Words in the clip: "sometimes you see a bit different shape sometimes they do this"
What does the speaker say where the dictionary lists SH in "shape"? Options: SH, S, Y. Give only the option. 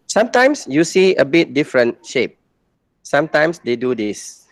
SH